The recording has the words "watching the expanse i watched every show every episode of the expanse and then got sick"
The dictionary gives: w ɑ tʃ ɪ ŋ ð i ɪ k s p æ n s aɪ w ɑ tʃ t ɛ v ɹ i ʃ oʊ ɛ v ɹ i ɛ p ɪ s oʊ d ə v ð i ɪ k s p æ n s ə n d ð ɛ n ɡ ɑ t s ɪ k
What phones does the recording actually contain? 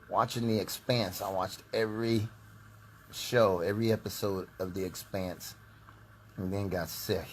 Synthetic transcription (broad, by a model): w ɑ tʃ ɪ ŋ ð i ɪ k s p æ n s aɪ w ɑ tʃ t ɛ v ɹ i ʃ oʊ ɛ v ɹ i ɛ p ɪ s oʊ d ə v ð i ɪ k s p æ n s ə n ð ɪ n ɡ ɑ t s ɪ